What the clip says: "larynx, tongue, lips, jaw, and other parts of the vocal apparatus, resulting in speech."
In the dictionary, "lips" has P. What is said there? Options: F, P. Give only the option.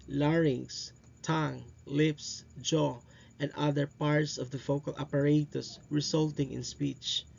P